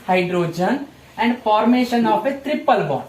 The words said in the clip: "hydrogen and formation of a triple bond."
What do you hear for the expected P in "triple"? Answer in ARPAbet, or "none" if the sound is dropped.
P